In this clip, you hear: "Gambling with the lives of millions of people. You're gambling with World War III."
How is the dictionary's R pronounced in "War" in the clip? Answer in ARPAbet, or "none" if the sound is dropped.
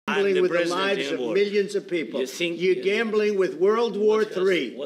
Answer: R